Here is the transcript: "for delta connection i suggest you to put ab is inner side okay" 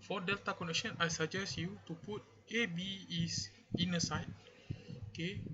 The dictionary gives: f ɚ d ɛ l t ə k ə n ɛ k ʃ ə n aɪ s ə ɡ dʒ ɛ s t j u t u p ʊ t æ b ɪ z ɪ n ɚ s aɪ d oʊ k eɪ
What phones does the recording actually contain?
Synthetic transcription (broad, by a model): f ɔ d ɛ l t ə k ə n ɛ k ʃ ə n aɪ s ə dʒ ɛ s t j u t u p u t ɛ b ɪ s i n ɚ s aɪ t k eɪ